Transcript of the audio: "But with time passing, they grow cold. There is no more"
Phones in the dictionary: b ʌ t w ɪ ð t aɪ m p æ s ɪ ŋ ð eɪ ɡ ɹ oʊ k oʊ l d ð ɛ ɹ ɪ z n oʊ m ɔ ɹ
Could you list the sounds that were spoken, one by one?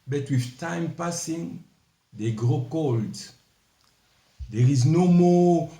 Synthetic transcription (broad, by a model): b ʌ t w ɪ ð t aɪ m p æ s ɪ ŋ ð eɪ ɡ ɹ oʊ k oʊ l d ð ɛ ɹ ɪ z n oʊ m ɔ